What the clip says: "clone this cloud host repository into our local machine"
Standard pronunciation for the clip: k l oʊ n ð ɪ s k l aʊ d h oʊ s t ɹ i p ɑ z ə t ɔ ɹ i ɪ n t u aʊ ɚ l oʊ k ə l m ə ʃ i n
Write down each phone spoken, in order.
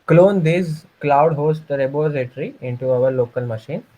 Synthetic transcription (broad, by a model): k l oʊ n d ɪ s k l aʊ d h oʊ s t ɹ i b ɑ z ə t ɹ i ɪ n t u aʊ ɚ l oʊ k ə l m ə ʃ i n